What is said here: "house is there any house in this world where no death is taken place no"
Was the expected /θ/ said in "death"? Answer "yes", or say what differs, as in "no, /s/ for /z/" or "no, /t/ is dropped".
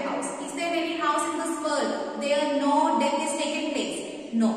no, /f/ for /θ/